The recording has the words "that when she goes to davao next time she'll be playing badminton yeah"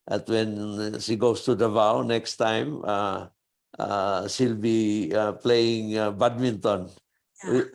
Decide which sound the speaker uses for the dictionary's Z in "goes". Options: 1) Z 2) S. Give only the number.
2